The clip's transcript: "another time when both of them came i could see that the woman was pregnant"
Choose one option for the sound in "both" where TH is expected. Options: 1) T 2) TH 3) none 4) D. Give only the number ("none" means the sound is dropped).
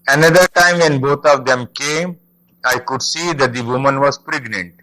1